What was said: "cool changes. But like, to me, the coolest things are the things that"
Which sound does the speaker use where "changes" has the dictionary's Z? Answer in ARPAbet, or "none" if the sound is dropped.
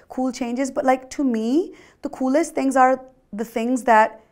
Z